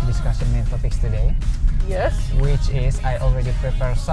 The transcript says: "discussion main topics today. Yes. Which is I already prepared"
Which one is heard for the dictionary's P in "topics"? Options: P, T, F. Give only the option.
F